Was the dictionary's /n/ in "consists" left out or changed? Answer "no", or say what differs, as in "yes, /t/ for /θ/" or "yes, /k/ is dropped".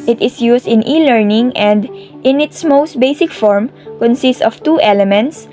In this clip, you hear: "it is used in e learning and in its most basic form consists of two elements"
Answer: no